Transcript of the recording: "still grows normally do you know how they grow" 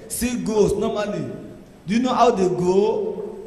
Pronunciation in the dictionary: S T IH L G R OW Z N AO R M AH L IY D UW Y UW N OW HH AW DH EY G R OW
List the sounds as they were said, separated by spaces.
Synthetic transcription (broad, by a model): S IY G OW S N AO M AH L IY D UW Y UW N OW HH AW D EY G OW